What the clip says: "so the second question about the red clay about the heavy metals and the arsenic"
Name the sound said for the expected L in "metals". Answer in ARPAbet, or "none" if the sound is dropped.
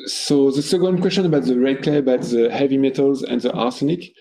L